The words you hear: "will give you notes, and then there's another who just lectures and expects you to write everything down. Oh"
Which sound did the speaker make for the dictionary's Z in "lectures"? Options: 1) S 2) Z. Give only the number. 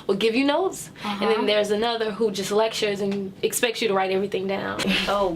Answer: 2